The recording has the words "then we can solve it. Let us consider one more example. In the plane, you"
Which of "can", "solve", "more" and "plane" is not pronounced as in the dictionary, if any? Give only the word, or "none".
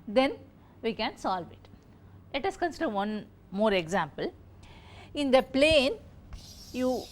none